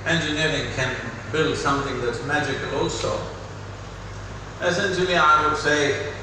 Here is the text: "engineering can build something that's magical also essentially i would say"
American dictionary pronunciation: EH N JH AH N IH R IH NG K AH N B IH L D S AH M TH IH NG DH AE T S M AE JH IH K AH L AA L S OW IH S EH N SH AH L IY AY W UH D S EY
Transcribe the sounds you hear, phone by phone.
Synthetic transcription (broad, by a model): EH N JH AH N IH R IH NG K AH N B IH L D S AH M TH IH NG DH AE T S M AE JH IH K AH L AA L S OW IH S EH N SH AH L IY AY W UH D S EY